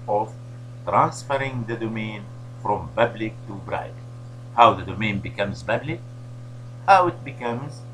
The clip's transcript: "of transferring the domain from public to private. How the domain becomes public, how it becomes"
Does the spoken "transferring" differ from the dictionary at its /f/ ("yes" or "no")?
no